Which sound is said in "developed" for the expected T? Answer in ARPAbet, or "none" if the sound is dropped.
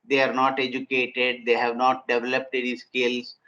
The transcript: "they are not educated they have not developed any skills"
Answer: T